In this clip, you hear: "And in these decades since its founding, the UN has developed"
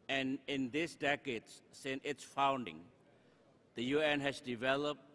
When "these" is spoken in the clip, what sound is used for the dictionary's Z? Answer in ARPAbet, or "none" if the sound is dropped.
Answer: S